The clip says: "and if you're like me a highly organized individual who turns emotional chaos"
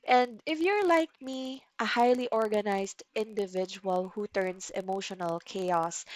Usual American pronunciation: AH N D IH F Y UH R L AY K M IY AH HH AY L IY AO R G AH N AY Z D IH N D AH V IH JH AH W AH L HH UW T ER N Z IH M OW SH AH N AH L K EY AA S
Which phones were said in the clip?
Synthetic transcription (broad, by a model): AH N D IH F Y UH R L AY K M IY AH HH AY L IY AO R G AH N AY S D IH N D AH V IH JH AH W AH L HH UW T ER N S IH M OW SH AH N AH L K EY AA S